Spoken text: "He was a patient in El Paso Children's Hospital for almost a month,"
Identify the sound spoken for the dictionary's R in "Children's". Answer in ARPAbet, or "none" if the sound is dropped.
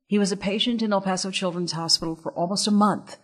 R